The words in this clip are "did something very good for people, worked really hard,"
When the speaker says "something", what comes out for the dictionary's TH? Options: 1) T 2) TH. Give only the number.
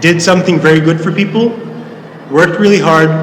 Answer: 2